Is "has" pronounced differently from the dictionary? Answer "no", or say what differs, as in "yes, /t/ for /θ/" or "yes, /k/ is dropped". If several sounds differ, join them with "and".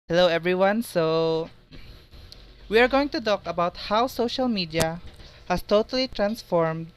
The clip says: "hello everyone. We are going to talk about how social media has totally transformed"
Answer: yes, /s/ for /z/